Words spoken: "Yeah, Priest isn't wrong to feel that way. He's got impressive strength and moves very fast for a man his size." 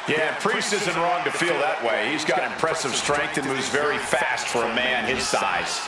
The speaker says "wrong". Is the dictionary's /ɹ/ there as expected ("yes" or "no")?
yes